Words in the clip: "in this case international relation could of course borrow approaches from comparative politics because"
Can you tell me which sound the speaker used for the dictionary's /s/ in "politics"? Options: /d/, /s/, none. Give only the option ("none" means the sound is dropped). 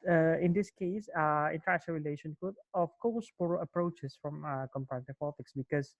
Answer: /s/